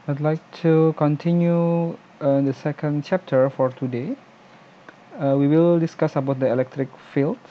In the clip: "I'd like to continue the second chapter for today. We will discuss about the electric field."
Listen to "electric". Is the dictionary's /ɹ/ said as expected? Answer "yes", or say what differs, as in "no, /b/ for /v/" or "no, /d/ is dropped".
yes